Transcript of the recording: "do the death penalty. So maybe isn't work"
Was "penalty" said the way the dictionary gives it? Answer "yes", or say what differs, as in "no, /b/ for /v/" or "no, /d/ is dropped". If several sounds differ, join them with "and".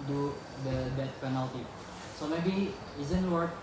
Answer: yes